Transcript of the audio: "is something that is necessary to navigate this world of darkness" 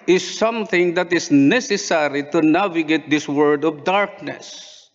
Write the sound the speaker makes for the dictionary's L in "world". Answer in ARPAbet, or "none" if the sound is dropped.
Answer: none